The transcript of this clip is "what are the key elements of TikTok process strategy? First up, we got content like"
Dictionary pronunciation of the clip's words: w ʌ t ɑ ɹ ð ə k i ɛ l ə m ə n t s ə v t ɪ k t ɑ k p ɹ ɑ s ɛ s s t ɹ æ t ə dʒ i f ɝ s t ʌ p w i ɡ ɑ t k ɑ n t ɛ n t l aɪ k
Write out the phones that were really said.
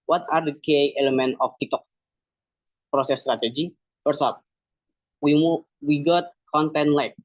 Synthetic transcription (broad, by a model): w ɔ t ɑ ɹ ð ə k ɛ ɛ l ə m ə n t ə f t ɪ k t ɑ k p ɹ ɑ s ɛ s s t ɹ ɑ t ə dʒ i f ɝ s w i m w i ɡ ɑ t k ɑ n t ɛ n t l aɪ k